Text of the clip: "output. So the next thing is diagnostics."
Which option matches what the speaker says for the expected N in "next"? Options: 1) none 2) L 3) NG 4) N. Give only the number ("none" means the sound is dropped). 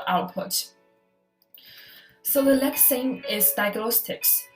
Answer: 2